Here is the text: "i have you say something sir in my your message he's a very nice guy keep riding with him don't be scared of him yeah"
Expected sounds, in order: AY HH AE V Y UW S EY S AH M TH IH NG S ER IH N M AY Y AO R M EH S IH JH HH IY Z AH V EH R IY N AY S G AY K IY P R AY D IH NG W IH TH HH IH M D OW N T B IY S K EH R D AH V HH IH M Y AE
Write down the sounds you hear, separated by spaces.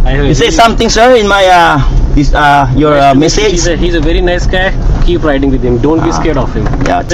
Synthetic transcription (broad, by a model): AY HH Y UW S EY S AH M T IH NG S ER IH N M AY Y AO R M EH S IH JH HH IY Z AH V EH R IY N AY S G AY K IY P R AY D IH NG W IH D HH IH M D OW N T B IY S K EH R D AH F HH IH M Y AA